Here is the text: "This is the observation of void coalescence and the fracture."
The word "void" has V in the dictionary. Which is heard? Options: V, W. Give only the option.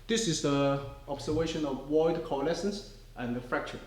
W